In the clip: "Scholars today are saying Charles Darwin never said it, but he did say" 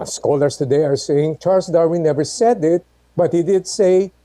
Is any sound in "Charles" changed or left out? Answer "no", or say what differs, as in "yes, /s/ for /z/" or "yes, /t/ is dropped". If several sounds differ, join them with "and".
yes, /s/ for /z/